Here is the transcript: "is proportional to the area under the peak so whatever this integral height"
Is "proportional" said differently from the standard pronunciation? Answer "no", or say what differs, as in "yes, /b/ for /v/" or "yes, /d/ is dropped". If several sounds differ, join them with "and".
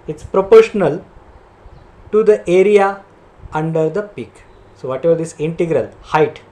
no